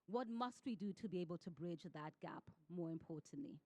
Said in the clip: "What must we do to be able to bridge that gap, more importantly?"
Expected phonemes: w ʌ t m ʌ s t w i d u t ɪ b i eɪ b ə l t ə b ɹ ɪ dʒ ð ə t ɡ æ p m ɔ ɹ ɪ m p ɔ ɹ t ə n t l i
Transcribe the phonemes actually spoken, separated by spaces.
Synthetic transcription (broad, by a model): w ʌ t m ʌ s t w i d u t ɪ b i eɪ b ə l t ə b ɹ ɪ dʒ ð ə t ɡ æ p m ɔ ɹ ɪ m p ɔ ɹ t n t l i